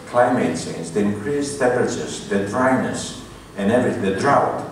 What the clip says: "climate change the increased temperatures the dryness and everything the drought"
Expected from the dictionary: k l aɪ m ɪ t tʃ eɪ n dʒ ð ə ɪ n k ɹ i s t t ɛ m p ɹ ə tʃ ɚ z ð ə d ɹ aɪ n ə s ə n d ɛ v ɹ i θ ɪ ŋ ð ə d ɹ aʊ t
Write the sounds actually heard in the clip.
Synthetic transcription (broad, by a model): k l aɪ m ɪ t s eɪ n z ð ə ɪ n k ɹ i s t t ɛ p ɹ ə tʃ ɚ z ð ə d ɹ aɪ n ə s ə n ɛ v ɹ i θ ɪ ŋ ð ə d ɹ aʊ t